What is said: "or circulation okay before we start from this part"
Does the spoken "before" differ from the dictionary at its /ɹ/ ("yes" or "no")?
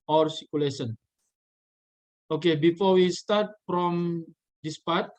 no